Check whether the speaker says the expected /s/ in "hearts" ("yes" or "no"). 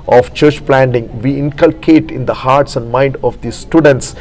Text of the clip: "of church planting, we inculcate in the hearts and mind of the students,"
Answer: yes